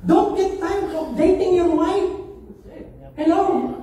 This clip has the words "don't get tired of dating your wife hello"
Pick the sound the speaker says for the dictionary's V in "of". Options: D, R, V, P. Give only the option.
P